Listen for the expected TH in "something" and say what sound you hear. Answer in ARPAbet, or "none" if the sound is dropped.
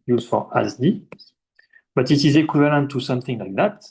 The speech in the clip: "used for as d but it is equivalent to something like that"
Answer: TH